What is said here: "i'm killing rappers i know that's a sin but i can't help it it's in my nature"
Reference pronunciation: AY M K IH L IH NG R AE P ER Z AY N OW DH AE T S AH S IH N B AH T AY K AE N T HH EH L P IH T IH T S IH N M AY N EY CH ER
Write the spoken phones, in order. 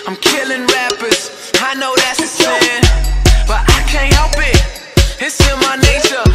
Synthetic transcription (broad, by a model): AY M K IH L IH NG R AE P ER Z AY N OW DH AE T S AH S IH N B AH T AY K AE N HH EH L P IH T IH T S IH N M AY N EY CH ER